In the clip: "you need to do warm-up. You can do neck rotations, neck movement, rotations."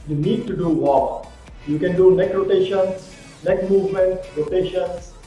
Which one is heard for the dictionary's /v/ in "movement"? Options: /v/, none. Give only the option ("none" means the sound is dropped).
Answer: /v/